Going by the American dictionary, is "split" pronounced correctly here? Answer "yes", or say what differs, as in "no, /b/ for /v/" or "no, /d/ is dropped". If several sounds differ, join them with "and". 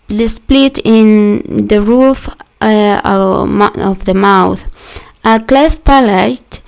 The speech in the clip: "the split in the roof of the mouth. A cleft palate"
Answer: yes